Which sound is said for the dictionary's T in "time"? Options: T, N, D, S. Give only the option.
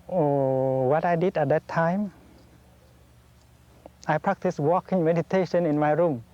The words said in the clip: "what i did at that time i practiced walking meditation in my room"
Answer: T